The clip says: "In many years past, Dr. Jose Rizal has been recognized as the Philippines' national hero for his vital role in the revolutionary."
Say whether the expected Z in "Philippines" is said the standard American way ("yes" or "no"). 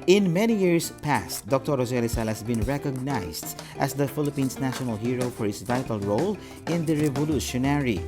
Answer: no